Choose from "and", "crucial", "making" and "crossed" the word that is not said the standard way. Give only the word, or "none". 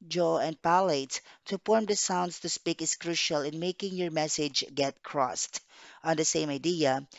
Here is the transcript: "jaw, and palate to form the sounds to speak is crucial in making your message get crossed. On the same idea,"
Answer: none